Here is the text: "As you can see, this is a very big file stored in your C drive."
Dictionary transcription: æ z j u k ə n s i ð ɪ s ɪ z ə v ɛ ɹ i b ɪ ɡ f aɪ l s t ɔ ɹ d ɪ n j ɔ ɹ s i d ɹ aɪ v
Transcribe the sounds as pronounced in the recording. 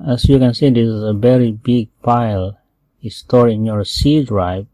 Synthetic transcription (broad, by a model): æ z j u k ə n s i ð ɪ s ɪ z ə v ɛ ɹ i b ɪ ɡ p aɪ l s t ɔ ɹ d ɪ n j ɔ ɹ s i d ɹ aɪ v